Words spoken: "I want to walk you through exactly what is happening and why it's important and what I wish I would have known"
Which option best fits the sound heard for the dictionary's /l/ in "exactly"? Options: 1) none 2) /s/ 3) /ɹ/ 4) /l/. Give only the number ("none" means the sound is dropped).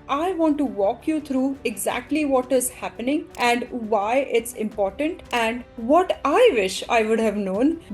4